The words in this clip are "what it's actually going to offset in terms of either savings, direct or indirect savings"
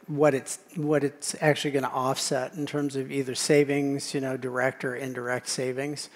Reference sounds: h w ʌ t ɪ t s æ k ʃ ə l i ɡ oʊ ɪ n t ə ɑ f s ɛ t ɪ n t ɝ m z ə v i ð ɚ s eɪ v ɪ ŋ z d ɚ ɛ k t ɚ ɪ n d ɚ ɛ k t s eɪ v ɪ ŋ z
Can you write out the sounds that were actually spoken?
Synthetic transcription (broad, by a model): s w ʌ t ɪ t s æ k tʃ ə l i ɡ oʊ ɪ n t ɑ f s ɛ t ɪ n t ɝ m z ə v i ð ɚ s eɪ v ɪ ŋ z d ɚ ɛ k t ɚ ɪ n d ɚ ɛ k t s eɪ v ɪ ŋ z